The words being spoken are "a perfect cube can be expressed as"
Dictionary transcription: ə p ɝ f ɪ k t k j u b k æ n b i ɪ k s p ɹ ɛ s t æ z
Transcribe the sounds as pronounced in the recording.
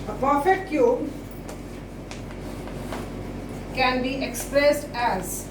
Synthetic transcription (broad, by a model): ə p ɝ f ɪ t k j u b k æ n b i ɪ k s p ɹ ɛ s t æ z